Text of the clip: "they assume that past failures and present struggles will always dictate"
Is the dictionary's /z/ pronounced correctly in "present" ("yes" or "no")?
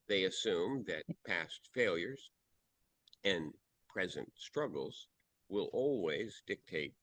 yes